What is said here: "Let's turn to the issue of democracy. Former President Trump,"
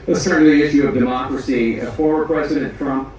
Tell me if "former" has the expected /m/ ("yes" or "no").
no